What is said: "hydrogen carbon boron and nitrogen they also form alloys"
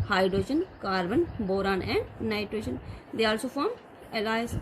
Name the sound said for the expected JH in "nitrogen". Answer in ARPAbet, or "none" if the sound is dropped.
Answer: SH